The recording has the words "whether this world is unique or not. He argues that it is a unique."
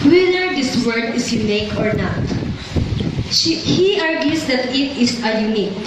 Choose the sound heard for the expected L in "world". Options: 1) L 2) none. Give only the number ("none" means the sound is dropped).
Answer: 2